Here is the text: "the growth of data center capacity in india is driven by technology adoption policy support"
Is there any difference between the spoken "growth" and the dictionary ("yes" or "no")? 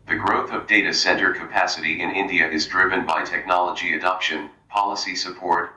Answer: no